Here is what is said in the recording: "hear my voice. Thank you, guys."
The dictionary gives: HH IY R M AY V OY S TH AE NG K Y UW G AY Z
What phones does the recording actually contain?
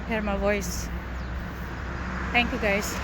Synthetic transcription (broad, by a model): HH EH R M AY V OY S T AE NG K Y UW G AY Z